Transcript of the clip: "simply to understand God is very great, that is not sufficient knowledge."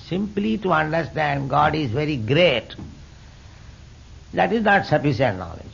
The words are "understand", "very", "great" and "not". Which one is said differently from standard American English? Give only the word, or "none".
none